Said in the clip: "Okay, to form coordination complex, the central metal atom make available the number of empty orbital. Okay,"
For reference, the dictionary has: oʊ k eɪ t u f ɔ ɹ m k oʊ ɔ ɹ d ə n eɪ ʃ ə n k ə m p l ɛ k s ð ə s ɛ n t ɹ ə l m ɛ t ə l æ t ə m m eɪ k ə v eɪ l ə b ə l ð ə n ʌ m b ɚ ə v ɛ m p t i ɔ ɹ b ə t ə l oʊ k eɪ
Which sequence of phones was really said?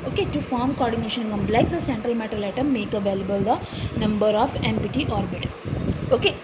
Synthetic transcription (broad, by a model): oʊ k eɪ t u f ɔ ɹ m k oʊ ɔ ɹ d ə n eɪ ʃ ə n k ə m b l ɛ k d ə s ɛ n t ɹ ə l m ɛ t ə l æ t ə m m eɪ k ə v eɪ l ə b ə l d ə n ʌ m b ɚ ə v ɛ m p t i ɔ ɹ b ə t oʊ k eɪ